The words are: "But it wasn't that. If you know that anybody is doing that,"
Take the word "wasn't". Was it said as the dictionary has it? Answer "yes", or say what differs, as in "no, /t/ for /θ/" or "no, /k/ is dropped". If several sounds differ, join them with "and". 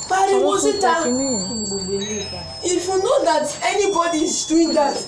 no, /n/ is dropped